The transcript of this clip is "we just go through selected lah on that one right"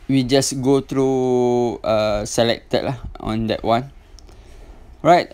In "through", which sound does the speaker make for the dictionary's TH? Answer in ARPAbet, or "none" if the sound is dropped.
T